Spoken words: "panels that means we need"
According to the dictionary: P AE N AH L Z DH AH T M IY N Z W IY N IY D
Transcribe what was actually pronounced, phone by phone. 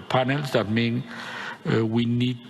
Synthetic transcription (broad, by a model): P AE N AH L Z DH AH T M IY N W IY N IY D